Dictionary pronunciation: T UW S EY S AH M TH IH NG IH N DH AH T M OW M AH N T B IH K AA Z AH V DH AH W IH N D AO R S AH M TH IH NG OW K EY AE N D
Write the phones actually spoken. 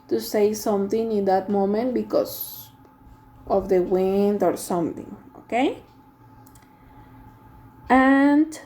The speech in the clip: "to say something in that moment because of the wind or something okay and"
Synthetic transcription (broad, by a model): T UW S EY S AH M TH IH NG IH N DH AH T M OW M AH N T B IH K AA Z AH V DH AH W IH N D AO R S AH M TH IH NG OW K EY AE N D